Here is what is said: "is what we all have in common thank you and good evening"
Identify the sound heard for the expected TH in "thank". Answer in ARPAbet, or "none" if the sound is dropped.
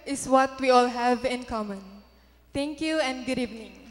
T